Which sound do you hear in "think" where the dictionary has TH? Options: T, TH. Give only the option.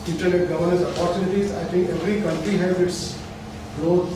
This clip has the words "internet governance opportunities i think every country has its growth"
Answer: T